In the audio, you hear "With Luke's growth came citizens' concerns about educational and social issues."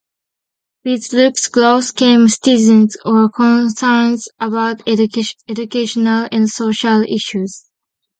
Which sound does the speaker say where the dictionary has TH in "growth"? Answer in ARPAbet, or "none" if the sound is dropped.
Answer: S